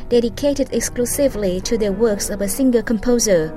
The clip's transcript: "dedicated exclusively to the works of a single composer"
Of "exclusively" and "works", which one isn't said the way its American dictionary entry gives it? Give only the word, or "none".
none